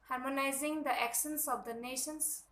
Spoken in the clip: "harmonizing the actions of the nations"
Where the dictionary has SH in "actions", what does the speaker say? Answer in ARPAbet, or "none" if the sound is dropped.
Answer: S